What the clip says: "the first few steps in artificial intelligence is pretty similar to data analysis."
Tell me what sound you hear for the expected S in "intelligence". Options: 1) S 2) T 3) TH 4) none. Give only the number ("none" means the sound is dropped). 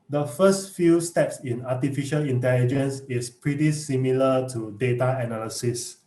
1